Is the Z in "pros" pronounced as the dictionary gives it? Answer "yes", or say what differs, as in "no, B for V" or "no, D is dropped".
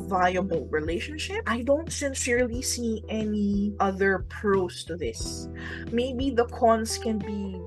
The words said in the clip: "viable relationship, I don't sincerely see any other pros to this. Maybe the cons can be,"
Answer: no, S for Z